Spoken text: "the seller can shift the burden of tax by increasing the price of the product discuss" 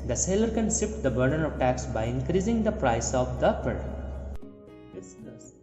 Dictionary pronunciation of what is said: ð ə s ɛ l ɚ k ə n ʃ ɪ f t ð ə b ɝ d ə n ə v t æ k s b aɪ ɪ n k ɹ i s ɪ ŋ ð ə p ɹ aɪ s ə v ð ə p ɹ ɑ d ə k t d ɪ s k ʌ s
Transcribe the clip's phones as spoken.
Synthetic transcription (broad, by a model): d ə s ɛ l ɚ k ə n s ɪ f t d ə b ɝ d ə n ə v t æ k s b aɪ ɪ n k ɹ i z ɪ ŋ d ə p ɹ aɪ s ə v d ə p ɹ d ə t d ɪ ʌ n